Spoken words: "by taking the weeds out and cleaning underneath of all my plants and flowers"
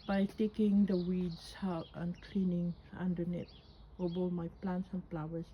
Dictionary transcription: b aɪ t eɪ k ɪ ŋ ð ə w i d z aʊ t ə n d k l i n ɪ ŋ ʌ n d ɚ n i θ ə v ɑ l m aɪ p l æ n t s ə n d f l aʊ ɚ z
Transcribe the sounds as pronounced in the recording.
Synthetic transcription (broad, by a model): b aɪ t eɪ k ɪ ŋ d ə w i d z aʊ t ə n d k l i n ɪ ŋ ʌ n d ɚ n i t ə b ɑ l m aɪ p l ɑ n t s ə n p l aʊ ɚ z